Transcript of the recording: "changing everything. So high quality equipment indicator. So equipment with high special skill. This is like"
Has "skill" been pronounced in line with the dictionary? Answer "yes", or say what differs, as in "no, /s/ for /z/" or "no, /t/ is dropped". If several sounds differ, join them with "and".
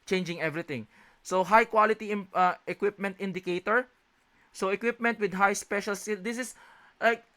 no, /k/ is dropped